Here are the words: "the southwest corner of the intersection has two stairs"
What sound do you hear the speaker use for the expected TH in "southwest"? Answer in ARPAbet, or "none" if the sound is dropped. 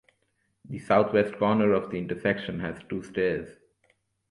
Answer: T